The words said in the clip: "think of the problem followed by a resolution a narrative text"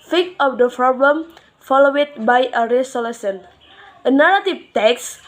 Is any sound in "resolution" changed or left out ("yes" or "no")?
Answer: yes